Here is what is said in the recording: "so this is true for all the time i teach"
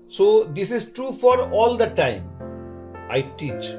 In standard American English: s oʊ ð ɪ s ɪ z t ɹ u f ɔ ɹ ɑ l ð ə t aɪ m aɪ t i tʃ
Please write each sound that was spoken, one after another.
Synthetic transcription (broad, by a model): s oʊ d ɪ s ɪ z t ɹ u f ɔ ɹ ɑ l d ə t aɪ m aɪ t i tʃ